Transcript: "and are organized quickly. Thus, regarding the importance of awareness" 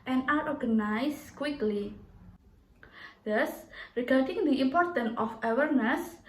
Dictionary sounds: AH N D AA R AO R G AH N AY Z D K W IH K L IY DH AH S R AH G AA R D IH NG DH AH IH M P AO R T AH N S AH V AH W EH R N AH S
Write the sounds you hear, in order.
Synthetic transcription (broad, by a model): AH N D AA R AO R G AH N AY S K W IH K L IY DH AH S R AH G AA R D IH NG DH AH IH M P AO R T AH N AH F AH W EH R N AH S